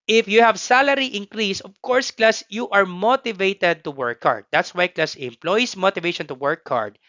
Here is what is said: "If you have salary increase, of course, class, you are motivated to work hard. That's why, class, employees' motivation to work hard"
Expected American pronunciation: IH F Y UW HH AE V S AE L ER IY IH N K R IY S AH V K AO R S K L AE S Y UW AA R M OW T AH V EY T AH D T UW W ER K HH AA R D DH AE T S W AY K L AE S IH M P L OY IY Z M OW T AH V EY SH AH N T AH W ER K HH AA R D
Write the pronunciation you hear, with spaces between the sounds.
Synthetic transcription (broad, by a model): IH F Y UW HH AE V S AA L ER IY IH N K R IY S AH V K AO R S K L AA S Y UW AA R M OW T AH V EY T AH D T UW W ER K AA R D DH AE T S W AY K L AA S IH M P L OY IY S M OW T AH V EY SH AH N T AH W ER K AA R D